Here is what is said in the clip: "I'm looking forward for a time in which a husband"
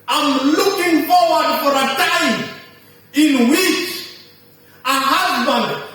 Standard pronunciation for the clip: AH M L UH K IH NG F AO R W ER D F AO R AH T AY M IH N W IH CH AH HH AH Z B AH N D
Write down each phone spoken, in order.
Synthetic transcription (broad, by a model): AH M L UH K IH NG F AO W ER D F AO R AH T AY IH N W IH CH AH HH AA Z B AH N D